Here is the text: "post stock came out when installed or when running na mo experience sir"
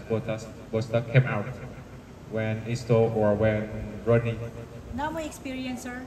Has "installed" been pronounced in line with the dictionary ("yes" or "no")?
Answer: no